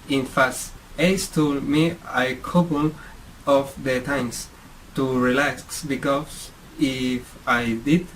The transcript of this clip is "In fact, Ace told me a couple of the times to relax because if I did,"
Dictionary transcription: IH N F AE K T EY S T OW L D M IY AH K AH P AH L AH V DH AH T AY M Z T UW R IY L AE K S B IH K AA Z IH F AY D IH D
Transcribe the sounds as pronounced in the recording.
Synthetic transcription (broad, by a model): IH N F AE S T EY S T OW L M IY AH K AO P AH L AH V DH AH T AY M S T UW R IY L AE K S B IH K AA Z IH F AY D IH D